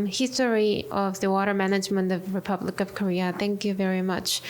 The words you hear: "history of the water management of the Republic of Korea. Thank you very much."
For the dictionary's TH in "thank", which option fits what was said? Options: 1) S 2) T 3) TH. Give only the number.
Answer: 3